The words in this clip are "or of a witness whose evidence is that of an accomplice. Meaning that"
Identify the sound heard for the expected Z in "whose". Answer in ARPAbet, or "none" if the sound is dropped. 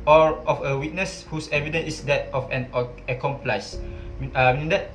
S